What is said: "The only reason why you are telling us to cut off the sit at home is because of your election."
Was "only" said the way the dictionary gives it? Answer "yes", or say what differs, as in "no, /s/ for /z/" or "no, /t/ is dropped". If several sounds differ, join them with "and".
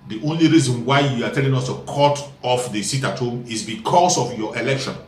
yes